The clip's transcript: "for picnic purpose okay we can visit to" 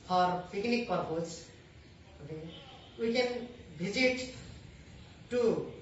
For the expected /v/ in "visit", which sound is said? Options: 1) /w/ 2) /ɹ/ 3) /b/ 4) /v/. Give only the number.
3